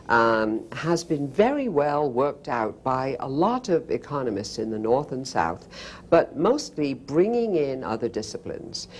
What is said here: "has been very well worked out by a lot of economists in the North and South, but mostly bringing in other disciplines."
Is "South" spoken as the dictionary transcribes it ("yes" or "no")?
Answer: yes